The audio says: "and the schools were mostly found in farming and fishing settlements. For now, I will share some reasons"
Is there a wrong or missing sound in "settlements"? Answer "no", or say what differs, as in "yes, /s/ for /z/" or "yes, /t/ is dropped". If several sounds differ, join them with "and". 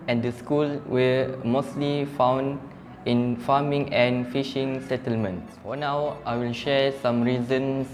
no